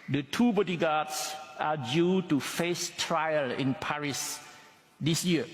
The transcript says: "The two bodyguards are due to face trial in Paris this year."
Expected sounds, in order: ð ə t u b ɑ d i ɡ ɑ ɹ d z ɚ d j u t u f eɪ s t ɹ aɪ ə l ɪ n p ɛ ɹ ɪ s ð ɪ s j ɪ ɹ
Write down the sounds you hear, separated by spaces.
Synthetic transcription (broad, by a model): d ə t u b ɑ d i ɡ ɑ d s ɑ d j u t u f eɪ s t ɹ aɪ ə l ɪ n p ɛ ɹ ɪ s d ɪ s j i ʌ